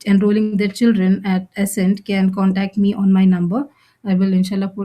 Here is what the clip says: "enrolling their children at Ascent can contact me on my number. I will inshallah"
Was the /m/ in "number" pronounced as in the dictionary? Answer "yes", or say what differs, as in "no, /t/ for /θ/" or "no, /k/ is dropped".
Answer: yes